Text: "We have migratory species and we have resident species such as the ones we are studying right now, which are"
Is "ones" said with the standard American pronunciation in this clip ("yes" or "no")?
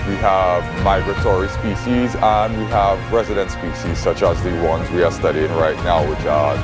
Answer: yes